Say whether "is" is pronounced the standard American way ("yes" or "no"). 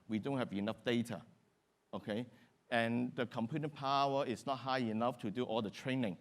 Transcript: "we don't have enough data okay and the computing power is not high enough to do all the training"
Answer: no